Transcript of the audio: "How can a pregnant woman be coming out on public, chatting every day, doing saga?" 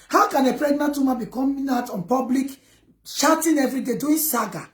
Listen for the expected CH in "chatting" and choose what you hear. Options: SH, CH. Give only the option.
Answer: SH